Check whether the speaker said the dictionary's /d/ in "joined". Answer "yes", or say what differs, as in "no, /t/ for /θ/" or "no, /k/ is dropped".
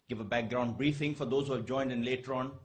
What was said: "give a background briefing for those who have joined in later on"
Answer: yes